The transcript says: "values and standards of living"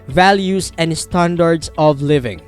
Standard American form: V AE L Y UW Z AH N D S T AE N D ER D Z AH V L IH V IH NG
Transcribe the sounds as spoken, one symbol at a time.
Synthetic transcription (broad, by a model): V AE L Y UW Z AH N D S T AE N D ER D S AH V L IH V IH NG